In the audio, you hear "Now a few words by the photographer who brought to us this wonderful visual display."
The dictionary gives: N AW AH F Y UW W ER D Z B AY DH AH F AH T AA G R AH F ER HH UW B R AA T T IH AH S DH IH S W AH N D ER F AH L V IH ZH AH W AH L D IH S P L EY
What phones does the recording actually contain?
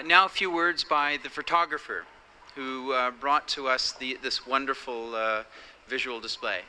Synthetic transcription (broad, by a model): N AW AH F Y UW W ER D Z B AY DH AH F AH T AA G R AH F ER HH UW B R AA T T IH AH S DH IH S W AH N D ER F L V IH ZH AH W L D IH S P L EY